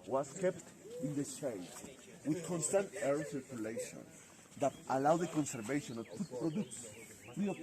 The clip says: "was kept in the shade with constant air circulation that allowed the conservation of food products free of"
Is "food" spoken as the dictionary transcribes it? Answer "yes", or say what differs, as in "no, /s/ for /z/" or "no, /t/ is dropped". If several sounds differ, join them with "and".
no, /p/ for /f/